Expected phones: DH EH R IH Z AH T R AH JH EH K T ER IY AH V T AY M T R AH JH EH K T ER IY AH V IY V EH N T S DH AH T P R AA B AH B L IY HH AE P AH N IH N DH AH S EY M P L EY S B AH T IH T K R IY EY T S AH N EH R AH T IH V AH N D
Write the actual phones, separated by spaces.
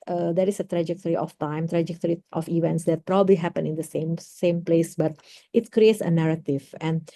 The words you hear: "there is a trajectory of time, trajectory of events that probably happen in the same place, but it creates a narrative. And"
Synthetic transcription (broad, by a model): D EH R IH S AH T R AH JH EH K T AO IY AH F T AY M T R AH JH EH K T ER IY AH F IY V EH N T S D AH T P R AA B AH B L IY HH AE P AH N IH N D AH S EY M P L EY S B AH T IH T K R IY EY T S AH N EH R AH T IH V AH N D